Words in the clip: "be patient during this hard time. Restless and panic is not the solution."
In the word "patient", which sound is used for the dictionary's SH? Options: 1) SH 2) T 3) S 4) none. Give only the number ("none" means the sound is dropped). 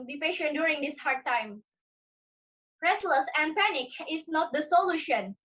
1